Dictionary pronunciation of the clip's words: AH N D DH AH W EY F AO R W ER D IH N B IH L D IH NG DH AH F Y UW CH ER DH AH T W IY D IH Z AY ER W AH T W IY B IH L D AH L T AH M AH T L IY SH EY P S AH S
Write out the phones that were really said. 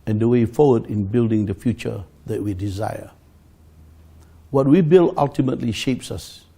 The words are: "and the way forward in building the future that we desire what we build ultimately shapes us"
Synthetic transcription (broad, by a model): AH N D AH W EY F AO W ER D IH N B IH L D IH NG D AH F Y UW CH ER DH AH T W IY D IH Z AY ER W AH T W IY B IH L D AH L T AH M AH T L IY SH EY P S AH S